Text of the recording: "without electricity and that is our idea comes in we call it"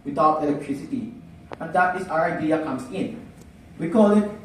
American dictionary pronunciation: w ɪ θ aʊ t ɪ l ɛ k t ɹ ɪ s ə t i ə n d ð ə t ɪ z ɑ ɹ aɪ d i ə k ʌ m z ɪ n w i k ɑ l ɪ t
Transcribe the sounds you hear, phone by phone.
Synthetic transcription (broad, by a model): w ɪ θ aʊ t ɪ l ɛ k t ɹ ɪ s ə t i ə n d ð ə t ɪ s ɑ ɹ aɪ d i ə k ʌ m s ɪ n w i k ɑ l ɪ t